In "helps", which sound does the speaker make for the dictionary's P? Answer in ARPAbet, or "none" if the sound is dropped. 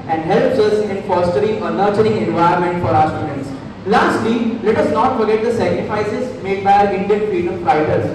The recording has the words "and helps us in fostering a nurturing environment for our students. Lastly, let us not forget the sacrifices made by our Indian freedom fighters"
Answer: P